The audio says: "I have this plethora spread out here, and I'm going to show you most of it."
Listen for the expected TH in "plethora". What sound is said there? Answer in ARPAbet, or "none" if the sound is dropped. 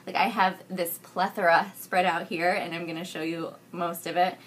TH